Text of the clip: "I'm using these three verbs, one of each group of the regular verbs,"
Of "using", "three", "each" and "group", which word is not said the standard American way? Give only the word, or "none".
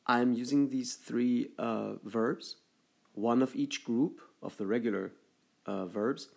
none